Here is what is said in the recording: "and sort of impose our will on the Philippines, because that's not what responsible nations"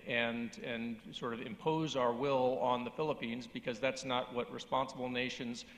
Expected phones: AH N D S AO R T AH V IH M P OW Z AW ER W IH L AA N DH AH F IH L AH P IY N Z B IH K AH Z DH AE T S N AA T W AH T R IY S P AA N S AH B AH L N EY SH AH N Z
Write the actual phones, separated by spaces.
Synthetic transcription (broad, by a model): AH N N S AO R T AH V IH M P OW Z AW ER W IH L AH N DH AH F IH L AH P IY N Z B IH K AH Z DH AE T S N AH T W AH T R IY S P AA N S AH B L N EY SH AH N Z